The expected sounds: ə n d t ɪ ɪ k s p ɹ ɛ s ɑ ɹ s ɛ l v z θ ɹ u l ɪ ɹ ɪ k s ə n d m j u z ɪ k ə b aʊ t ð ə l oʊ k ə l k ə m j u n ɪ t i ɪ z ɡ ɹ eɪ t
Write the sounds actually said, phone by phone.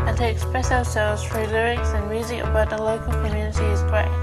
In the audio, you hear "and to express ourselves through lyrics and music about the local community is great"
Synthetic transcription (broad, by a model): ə n t ɪ ɪ k s p ɹ ɛ s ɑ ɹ s ɛ l v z f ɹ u l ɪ ɹ ɪ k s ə n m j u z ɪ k ə b aʊ t ð ə l oʊ k ə l k ə m j u n ɪ t i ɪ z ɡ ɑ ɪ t